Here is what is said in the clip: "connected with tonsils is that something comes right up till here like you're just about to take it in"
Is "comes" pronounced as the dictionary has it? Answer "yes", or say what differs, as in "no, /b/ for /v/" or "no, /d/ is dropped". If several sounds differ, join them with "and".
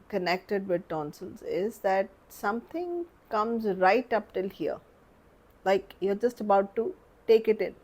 yes